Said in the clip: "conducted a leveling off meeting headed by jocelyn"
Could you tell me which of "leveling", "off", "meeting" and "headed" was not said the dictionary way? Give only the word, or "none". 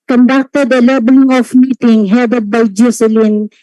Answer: leveling